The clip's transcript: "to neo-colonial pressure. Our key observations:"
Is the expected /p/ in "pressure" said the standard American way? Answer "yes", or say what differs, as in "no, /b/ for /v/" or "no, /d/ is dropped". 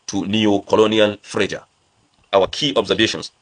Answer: no, /f/ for /p/